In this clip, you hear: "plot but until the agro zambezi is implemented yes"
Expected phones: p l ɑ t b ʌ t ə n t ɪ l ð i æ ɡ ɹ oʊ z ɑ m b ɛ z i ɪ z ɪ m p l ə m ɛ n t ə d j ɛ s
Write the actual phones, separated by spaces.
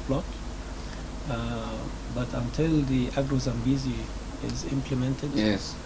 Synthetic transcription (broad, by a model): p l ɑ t b ʌ t ə n t ɪ l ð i æ ɡ ɹ oʊ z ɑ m b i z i ɪ z ɪ m p l ə m ɛ n t ə d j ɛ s